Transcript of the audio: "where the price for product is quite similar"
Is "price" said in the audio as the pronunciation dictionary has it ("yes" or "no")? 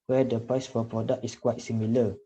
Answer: yes